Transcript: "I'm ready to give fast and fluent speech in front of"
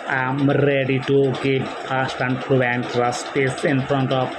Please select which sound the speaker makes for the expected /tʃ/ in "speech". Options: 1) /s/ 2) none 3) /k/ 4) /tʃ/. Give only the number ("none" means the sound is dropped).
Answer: 1